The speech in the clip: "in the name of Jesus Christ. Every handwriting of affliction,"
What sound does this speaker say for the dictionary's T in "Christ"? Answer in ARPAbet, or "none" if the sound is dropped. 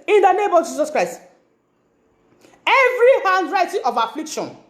T